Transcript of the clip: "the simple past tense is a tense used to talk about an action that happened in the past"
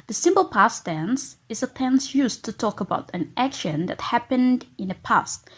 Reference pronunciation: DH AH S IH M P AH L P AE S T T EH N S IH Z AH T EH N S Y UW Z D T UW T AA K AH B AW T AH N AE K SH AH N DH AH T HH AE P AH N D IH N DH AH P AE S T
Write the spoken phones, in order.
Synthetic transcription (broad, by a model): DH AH S IH M P AH L P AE S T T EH N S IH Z AH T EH N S Y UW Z T UW T AA K AH B AW T AH N AE K SH AH N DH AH T HH AE P AH N D IH N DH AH P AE S T